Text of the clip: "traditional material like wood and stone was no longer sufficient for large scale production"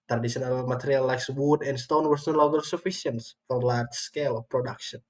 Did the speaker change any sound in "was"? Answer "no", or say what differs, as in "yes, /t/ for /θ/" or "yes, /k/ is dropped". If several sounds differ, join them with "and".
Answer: yes, /s/ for /z/